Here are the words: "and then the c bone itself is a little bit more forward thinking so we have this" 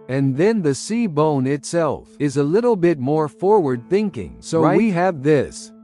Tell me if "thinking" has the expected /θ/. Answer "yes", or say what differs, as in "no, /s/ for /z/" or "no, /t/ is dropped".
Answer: yes